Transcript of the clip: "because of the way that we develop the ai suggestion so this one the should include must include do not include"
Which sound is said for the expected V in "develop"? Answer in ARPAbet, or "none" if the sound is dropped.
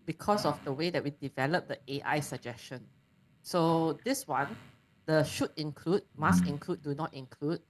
V